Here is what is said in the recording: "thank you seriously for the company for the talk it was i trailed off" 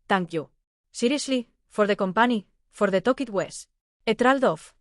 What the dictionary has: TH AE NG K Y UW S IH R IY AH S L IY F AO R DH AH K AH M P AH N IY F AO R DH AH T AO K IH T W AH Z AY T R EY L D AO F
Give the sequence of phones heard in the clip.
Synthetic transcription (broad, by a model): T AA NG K Y UW S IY R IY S L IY F AO R DH AH K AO M P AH N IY F AO R DH AH T AO K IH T W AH S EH T R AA L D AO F